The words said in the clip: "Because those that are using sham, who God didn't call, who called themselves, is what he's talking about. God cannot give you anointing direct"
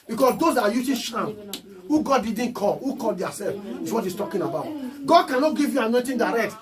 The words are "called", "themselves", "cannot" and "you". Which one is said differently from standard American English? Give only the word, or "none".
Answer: themselves